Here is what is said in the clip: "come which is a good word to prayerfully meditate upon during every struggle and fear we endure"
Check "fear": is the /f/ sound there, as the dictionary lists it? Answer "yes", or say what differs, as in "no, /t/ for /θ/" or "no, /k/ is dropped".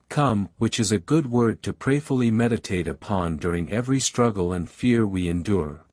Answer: yes